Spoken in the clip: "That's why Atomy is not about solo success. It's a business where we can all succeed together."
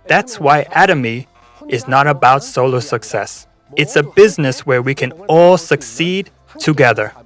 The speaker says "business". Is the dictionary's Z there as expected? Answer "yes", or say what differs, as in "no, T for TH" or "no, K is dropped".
yes